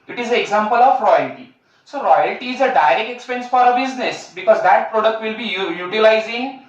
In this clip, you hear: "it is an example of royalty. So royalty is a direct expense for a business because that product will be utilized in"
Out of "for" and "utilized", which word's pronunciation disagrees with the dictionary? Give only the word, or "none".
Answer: utilized